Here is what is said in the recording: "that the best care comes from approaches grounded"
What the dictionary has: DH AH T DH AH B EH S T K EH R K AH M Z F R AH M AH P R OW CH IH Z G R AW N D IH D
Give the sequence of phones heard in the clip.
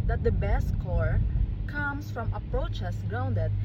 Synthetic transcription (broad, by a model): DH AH T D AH B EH S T K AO R K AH M S F R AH M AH P R OW CH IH S G R AW N D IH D